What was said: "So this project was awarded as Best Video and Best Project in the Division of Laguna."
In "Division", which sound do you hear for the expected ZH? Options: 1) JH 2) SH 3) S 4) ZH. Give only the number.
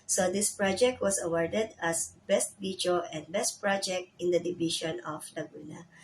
2